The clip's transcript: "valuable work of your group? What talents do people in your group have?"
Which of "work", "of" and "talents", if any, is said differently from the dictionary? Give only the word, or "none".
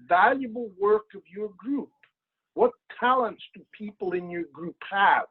none